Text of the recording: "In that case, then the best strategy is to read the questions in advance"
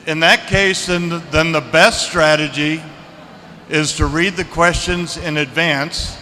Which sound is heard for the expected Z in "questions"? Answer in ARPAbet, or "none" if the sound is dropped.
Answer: Z